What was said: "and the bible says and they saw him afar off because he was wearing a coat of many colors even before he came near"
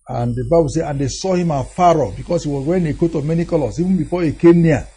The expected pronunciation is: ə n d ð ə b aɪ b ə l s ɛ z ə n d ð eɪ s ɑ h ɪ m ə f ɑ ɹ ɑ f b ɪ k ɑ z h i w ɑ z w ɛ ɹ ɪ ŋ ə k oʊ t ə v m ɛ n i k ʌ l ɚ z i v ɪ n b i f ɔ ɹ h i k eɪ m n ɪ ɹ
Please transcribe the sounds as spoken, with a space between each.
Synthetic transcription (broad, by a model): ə n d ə b aɪ b ə l s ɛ ə n d eɪ s ɑ h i m ə f ɑ ɹ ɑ b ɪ k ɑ s h i w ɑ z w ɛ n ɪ k oʊ t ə m ɛ n i k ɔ l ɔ s i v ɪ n b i f ɔ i k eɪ n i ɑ